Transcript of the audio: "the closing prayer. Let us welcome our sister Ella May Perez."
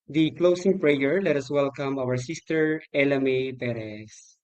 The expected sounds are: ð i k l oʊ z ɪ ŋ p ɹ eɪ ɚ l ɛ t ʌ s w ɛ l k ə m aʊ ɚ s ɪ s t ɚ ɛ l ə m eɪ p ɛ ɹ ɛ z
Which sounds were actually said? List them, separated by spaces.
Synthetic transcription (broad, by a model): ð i k l oʊ s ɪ ŋ p ɹ eɪ ɚ l ɛ t ʌ s w ɛ l k ə m aʊ ɚ s ɪ s t ɚ ɛ l ə m eɪ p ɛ ɹ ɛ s